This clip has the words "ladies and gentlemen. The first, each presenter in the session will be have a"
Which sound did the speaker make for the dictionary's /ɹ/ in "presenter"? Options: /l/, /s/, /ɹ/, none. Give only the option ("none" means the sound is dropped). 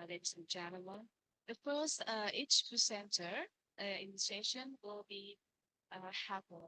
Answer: none